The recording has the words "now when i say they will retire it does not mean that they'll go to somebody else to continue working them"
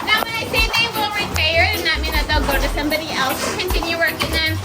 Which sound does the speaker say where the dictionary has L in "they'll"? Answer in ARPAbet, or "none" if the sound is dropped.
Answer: L